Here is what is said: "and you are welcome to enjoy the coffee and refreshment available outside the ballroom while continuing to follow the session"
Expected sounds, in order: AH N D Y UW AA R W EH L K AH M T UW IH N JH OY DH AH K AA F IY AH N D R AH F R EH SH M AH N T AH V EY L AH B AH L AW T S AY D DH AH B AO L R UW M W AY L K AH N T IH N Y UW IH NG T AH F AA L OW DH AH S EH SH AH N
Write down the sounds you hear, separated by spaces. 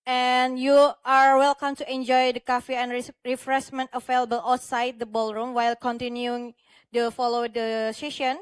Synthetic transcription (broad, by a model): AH N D Y UW AA R W EH L K AH M T UW IH N JH OY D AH K AA F IY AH N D R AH F R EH S M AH N T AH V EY L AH B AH L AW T S AY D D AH B AO L R UW M W AY L K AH N T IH N Y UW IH NG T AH F AA L OW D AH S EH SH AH N